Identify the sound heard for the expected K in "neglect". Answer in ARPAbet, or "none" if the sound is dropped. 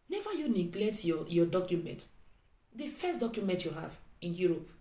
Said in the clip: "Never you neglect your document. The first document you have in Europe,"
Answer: K